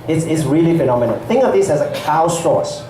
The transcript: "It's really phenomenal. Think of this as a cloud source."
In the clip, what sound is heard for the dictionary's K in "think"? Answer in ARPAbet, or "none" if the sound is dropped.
none